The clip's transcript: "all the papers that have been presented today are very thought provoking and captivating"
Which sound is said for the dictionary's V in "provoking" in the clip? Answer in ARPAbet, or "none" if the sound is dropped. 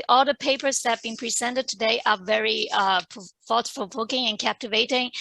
P